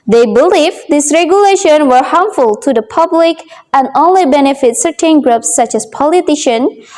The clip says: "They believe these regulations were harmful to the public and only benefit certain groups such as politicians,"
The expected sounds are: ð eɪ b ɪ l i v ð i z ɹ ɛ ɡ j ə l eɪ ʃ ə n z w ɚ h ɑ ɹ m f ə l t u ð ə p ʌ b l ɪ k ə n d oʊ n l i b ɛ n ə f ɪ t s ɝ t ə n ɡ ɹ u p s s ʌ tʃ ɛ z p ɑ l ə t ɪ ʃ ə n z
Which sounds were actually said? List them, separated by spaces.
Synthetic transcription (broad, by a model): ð eɪ b ɪ l i v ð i s ɹ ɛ ɡ j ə l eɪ ʃ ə n w ɚ h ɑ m f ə l t u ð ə p ʌ b l ɪ k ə n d oʊ n l i b ɛ n ə f ɪ t s ɝ t ə n ɡ ɹ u p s s ʌ tʃ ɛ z p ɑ l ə t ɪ ʃ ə n